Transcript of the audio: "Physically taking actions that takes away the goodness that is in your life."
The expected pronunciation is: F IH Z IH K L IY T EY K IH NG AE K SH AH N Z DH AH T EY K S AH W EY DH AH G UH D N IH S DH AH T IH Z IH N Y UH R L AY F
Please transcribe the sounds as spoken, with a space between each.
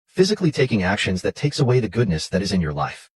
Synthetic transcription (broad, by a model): F IH Z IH K L IY T EY K IH NG AE K SH AH N Z DH AH T EY K S AH W EY DH AH G UH D N IH S DH AH T IH Z IH N Y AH R L AY F